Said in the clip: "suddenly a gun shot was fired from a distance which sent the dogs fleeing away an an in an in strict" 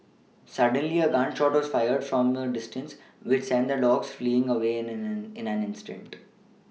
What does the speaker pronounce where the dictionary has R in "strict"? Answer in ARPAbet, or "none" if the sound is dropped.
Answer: none